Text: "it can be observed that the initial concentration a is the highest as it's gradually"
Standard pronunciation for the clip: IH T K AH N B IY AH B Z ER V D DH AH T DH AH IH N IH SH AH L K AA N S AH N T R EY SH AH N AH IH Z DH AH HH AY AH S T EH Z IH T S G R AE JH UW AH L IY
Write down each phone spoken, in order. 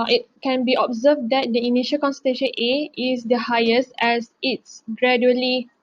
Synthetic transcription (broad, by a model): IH T K AH N B IY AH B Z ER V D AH T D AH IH N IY SH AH L K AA N S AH T EY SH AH N AH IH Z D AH HH AY AH S T EH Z IH T S G R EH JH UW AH L IY